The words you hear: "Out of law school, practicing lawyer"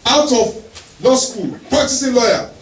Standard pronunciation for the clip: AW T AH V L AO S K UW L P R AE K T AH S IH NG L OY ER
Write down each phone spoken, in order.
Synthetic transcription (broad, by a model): AW T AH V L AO S K UW L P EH T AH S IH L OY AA